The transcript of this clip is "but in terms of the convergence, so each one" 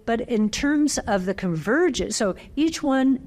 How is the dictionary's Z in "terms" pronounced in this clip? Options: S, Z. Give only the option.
Z